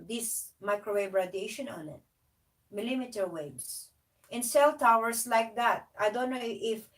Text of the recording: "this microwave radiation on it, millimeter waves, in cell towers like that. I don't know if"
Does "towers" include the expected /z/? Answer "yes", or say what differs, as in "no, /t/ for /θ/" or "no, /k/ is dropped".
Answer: no, /s/ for /z/